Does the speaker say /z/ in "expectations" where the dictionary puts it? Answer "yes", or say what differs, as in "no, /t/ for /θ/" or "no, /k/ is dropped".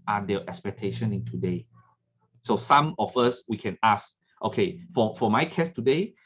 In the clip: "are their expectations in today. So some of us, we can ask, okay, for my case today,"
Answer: no, /z/ is dropped